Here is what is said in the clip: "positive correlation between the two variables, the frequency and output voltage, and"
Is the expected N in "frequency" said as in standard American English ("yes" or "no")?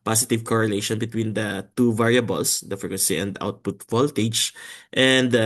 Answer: no